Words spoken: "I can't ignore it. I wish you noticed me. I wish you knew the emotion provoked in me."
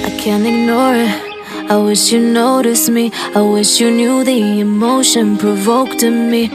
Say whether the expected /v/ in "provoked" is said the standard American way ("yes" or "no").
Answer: yes